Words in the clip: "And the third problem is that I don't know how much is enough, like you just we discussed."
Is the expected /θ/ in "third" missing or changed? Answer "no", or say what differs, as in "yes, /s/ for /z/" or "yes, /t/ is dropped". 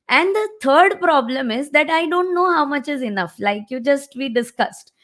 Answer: yes, /t/ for /θ/